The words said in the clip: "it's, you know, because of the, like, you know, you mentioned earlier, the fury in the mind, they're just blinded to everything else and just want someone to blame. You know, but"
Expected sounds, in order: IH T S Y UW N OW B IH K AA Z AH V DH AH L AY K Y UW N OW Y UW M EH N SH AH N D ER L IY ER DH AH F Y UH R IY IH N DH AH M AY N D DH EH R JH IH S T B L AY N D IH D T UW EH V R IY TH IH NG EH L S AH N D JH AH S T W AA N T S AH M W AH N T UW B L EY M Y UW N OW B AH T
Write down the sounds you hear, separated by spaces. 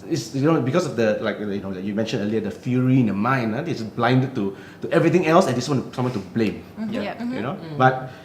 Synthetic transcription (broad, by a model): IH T S Y UW N OW B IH K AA S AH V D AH L AY K Y UW N OW Y UW M EH N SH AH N ER L IY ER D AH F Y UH R IY IH N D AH M AY N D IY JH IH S B L AY N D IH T T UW EH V R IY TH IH NG EH L S AH N D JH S W AA N T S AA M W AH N T UW B L EY M Y UW N OW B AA T